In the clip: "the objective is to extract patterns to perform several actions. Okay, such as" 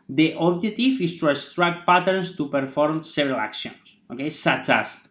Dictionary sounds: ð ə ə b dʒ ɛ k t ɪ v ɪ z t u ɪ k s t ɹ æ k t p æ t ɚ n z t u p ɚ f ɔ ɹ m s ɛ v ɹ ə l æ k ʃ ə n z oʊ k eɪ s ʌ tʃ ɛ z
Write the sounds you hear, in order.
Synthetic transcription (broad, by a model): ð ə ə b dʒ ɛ t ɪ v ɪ s t u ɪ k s t ɹ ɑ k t p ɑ t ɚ n s t u p ɚ f ɔ ɹ m s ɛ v ɹ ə l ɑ k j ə n s oʊ k eɪ s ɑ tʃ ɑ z